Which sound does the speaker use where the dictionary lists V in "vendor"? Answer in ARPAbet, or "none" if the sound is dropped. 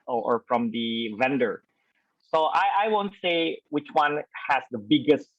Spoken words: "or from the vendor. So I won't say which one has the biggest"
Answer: V